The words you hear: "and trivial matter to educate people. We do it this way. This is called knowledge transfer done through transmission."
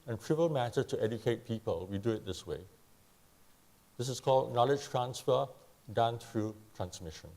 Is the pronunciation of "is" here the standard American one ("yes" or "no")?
no